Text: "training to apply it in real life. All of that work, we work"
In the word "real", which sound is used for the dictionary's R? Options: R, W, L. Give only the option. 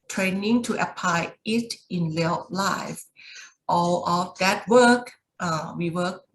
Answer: L